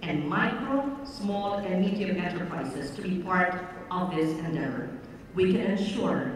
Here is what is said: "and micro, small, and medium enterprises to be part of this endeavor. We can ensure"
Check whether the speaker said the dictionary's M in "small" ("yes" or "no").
yes